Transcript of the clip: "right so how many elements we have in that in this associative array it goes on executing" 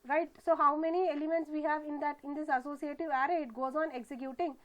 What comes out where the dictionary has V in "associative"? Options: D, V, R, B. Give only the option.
V